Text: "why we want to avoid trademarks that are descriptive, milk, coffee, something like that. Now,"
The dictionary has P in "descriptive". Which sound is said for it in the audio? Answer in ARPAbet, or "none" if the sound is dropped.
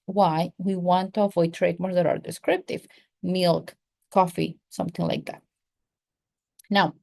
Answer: P